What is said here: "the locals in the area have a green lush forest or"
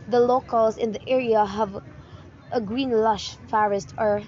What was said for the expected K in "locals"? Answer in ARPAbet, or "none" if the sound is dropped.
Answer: K